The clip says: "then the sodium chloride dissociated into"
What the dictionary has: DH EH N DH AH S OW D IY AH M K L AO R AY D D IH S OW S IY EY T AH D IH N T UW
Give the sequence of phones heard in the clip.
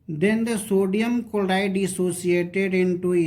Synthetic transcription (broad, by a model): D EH N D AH S OW D IY AH M K AO L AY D D IH S OW S IY EY T AH D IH N T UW